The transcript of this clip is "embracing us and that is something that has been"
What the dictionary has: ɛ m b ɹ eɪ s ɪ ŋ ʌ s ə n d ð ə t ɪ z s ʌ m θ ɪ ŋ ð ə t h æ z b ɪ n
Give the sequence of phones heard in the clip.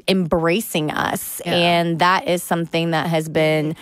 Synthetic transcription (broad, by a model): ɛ m b ɹ eɪ s ɪ ŋ ʌ s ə n ð ə t ɪ z s ʌ m θ ɪ ŋ ð ə t h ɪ z b ɪ n